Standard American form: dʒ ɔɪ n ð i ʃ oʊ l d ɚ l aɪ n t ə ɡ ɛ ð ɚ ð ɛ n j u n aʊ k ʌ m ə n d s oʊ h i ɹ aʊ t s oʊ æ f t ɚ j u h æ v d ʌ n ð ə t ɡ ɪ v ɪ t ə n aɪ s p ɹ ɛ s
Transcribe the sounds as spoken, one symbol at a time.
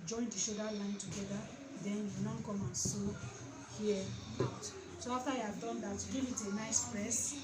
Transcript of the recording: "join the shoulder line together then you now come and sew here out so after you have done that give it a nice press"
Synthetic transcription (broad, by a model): dʒ ɔɪ n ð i ʃ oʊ d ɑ l aɪ n t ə ɡ ɛ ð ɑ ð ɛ n j u n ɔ k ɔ m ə n s oʊ h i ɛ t s oʊ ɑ f t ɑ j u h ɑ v d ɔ n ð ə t ɡ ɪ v ɪ t ə n aɪ s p ɹ ɛ s